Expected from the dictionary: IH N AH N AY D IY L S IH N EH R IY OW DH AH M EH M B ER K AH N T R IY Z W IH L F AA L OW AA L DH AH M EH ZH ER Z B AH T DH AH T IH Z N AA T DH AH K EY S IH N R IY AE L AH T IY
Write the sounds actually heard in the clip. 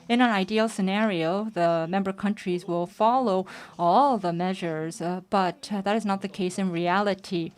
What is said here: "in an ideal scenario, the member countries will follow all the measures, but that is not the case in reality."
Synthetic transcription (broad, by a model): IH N AH N AY D IY L S IH N EH R IY OW DH AH M EH M B ER K AH N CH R IY Z W IH L F AA L OW AA L DH AH M EH ZH ER Z B AH T DH AH T IH Z N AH T DH AH K EY S IH N R IY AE L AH T IY